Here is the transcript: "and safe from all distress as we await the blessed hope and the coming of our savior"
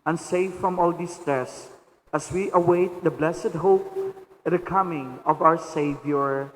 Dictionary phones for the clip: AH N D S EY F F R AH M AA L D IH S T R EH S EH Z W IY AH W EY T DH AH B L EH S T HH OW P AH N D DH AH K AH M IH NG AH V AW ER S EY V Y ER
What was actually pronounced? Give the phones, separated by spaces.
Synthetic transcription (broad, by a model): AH N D S EY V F R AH M AA L D IH S T R EH S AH S W IY AH W EY T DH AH B L EH S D HH OW AH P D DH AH K AH M IH NG AH V AW ER S EY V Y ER